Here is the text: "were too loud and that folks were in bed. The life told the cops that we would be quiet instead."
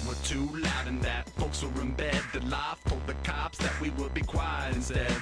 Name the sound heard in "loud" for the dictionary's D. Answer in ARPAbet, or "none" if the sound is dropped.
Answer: D